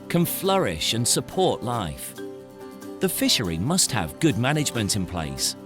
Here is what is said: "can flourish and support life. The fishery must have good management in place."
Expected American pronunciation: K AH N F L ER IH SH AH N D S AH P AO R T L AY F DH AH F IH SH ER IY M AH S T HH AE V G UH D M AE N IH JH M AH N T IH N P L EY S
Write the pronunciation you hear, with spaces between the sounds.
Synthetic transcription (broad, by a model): K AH N F L ER IH SH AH N S AH P AO R T L AY F DH AH F IH SH ER IY M AH S T HH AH V G UH D M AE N IH JH M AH N T IH N P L EY S